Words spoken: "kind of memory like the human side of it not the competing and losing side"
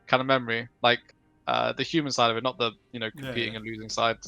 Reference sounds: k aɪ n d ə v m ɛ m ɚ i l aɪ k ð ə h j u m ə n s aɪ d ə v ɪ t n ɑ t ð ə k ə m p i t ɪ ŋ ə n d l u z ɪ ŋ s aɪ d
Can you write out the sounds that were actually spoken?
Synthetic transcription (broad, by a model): k aɪ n d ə m ɛ m ɚ i l aɪ k ð ə h j u m ə n s aɪ d ə v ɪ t n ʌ t ð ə k ə m p i t ɪ ŋ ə n l u z ɪ ŋ s aɪ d